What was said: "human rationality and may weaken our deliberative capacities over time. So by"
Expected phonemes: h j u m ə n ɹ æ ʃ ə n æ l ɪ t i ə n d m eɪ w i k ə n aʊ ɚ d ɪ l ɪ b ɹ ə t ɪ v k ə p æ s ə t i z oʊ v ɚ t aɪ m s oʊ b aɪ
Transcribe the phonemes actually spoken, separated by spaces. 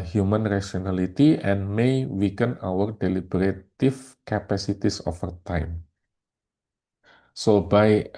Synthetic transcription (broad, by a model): h j u m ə n ɹ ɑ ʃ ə n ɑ l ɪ t i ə n m eɪ w i k ə n aʊ ɚ d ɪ l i b ɹ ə t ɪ f k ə p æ s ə t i s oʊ f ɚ t aɪ m s oʊ b aɪ